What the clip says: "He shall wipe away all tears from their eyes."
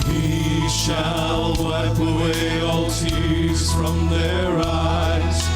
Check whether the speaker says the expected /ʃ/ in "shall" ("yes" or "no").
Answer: yes